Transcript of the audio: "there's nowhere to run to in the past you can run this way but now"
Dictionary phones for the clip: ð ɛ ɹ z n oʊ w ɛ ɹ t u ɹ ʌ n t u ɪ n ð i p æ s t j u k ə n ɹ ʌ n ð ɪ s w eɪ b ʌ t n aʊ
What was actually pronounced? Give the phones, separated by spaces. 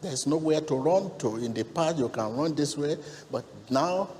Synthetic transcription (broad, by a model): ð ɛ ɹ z n oʊ w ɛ t u ɹ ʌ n t u ɪ n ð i p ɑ t j u k ə n ɹ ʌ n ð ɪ s w eɪ b ʌ t n aʊ